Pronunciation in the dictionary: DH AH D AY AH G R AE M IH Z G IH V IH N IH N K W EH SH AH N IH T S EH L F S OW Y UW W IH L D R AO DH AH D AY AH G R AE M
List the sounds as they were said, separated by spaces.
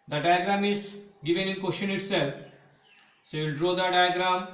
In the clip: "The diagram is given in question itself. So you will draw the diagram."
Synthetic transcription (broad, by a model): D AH D AY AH G R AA M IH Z G IH V IH N IH N K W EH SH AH N IH T S EH L F S OW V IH L D R AO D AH D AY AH G R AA M